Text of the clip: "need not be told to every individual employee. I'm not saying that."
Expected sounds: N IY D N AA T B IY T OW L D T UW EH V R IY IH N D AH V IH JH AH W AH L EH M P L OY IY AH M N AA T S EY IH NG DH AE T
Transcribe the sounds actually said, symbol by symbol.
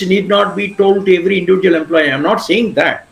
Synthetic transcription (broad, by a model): N IY D N AA T B IY T OW L D T UW EH V R IY IH N D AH V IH JH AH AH L EH M P L OY IY AH M N AA T S EY IH NG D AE T